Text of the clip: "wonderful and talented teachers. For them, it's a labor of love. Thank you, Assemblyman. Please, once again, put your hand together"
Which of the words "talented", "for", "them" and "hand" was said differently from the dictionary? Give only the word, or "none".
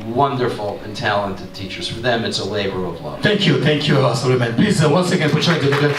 hand